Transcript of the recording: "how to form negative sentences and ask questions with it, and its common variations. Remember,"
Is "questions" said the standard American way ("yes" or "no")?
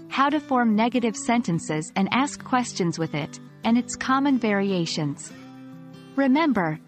yes